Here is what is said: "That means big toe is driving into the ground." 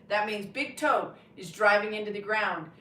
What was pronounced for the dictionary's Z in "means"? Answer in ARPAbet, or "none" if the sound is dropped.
Z